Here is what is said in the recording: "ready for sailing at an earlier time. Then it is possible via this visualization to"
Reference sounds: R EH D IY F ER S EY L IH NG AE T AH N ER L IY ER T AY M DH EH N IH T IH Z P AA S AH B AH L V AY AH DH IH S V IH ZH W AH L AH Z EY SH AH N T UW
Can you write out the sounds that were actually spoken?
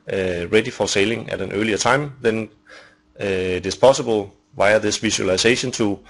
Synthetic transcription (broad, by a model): R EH D IY F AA S EY L IH NG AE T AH N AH L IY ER S AY M DH EH N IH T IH S P AA S AH B AH L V AY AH DH IH S V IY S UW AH L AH S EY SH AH N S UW